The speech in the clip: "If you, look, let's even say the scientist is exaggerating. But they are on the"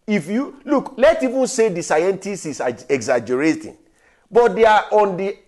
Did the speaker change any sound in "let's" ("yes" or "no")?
yes